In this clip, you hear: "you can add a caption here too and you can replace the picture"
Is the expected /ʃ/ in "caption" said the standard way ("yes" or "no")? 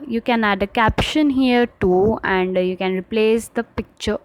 yes